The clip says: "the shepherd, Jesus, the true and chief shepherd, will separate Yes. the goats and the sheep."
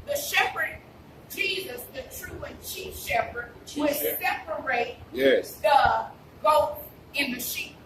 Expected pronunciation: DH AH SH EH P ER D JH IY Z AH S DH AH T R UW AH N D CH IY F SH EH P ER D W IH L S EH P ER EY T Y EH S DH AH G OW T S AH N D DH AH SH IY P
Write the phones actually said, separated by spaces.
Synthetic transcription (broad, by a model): DH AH SH EH P ER D JH IY Z AH S DH AH T R UW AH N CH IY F SH EH P ER D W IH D S EH P ER EY T Y EH S DH AH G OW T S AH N DH AH SH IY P